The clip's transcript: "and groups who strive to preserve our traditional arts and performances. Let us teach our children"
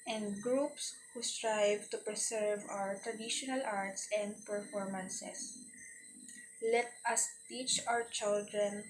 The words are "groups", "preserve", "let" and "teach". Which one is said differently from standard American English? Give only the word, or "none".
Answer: preserve